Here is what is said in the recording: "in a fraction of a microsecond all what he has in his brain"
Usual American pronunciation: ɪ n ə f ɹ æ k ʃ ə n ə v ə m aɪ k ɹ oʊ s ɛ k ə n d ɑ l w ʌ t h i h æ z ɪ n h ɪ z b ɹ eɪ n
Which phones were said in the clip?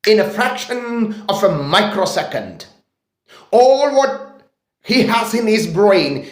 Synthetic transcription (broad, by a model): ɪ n ə f ɹ æ k ʃ ə n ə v ə m aɪ k ɹ oʊ s ɛ k ə n d ɑ l w ʌ t h i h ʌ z ɪ n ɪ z b ɹ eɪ n